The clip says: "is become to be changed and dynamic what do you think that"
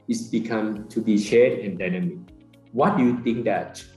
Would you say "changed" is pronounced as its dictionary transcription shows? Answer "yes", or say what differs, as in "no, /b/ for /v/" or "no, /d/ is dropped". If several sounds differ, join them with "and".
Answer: no, /ʃ/ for /tʃ/